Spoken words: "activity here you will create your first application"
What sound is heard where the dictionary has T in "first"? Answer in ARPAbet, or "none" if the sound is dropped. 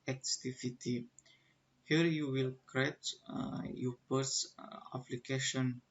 none